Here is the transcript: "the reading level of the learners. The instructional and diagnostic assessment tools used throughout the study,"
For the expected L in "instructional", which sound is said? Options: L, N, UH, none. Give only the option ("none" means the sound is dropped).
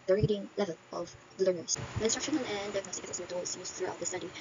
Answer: N